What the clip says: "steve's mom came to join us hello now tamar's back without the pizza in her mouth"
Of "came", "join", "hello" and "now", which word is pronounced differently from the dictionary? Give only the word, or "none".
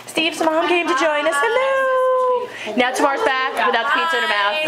hello